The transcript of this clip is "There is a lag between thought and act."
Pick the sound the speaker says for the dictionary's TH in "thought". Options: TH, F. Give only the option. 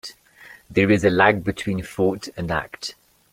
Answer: F